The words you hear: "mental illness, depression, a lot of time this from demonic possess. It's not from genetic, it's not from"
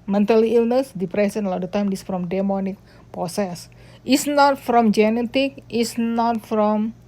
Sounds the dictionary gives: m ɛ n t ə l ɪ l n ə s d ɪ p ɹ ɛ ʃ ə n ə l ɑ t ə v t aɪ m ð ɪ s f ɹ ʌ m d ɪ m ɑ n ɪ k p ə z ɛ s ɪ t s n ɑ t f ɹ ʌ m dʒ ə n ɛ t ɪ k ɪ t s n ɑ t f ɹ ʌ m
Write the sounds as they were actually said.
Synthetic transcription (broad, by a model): m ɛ n t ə l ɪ l n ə s d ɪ p ɹ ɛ s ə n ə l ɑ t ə t aɪ m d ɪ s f ɹ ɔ m d ɪ m ɑ n ɪ k p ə s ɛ s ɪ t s n ɑ t f ɹ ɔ m dʒ ə n ɛ t ɪ k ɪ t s n ɑ t f ɹ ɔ m